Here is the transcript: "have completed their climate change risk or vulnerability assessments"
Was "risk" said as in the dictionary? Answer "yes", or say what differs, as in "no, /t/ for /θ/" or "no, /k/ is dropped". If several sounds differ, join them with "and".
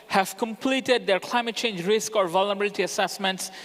yes